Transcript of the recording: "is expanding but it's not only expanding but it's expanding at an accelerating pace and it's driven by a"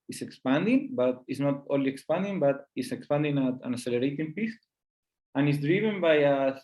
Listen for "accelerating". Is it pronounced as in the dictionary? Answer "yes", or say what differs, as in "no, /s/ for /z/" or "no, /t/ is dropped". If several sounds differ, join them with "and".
no, /k/ is dropped